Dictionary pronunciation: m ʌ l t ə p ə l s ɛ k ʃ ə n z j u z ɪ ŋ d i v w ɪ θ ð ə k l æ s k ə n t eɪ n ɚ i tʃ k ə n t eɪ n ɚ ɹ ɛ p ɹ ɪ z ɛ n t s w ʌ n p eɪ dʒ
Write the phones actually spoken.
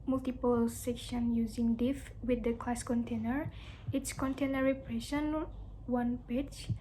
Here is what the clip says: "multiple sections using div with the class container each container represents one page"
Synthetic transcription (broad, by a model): m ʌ l t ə p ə l s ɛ k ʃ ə n j u z ɪ ŋ d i f w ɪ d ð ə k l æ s k ə n t eɪ n ɚ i s k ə n t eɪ n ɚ ɹ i p ɹ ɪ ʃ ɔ n w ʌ n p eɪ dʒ